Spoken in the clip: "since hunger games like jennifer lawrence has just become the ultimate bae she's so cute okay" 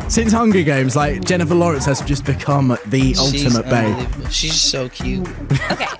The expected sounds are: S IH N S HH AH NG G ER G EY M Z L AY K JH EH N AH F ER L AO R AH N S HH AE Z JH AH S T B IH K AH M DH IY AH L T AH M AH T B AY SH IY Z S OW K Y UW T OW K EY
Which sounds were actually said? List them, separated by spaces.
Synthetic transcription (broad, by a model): S IH N S HH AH NG G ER G EY M Z L AY K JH EH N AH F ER L AO R AH N S HH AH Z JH AH S B IH K AH M DH IY AH L T AH M AH T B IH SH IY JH S OW K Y UW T